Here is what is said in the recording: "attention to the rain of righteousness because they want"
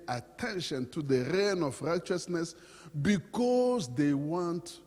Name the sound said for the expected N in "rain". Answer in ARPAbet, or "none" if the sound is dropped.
N